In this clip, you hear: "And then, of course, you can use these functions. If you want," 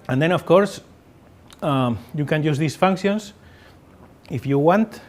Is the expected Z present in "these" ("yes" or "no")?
no